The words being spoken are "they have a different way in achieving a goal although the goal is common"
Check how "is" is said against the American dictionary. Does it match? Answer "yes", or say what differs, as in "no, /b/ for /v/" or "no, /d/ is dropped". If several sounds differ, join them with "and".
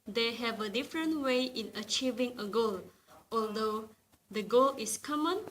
no, /s/ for /z/